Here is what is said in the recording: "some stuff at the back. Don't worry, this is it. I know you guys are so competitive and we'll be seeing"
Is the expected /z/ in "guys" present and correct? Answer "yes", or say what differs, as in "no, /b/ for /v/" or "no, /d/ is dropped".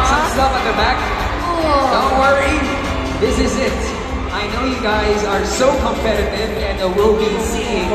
yes